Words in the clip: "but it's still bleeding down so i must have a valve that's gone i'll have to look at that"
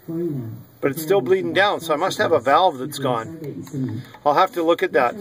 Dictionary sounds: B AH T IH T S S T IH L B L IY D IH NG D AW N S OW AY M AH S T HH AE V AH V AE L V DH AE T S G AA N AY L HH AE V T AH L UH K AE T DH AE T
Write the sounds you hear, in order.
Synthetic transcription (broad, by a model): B AH T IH T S S T IH L B L IY D IH NG D AW N S OW AY M AH S T HH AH V AH V AE L V DH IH T S G AA N AY L HH AE F T AH L UH K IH T DH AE T